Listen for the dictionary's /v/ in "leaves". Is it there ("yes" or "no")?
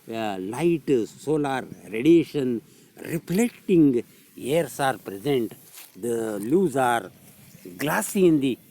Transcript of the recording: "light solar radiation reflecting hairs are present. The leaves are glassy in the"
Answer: no